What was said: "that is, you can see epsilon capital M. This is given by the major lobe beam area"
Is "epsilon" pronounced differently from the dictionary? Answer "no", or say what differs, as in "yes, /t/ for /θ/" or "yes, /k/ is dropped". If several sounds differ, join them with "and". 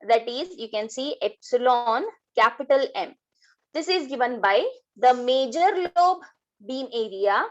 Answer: no